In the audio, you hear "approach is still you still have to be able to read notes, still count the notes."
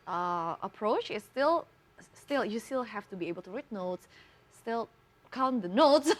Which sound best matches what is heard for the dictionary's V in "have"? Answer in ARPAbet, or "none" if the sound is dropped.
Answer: F